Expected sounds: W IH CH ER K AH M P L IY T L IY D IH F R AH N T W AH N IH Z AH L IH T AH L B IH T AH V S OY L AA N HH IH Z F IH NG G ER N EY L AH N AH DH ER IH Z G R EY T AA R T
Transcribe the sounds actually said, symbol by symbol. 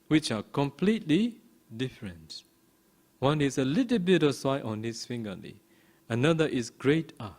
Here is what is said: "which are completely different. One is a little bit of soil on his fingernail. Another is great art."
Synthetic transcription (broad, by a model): W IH CH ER K AH M P L IY T L IY D IH F R AH N T W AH N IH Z AH L IH T AH L B IH T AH S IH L AA N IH S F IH NG G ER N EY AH N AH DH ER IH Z G R EY T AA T